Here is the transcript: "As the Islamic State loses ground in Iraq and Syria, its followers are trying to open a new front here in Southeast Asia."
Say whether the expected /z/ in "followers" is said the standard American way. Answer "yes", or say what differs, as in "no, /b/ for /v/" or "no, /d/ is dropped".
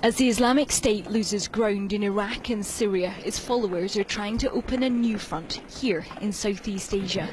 yes